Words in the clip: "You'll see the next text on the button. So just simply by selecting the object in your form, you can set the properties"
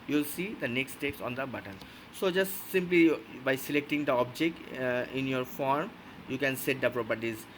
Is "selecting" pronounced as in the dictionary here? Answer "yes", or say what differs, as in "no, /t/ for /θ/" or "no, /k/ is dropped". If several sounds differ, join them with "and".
yes